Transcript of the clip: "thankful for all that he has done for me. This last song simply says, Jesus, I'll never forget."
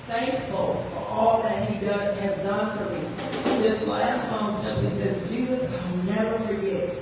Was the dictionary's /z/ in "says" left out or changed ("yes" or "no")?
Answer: no